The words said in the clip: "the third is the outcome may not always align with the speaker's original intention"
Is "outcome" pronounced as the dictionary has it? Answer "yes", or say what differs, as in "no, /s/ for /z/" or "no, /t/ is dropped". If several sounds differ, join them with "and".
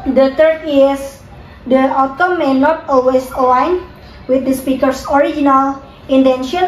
no, /k/ is dropped